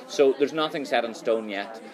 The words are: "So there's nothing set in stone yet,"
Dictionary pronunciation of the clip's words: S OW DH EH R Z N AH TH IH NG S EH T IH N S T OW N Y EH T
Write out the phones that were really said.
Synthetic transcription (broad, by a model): S OW DH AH R Z N AH TH IH NG S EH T N S T OW N Y EH T